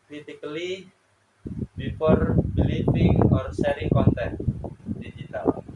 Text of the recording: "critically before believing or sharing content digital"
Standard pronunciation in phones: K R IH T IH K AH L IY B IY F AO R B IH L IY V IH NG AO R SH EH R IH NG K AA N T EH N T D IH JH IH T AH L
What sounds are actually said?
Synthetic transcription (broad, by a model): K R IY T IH K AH L IY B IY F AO R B L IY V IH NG AO R S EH R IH K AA N T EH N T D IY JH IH T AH L